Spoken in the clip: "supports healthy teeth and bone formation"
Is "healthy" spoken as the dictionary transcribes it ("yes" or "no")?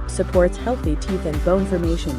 yes